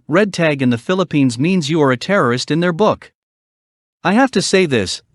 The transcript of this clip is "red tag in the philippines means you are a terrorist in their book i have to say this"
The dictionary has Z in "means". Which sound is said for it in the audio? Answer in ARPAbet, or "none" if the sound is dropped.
Z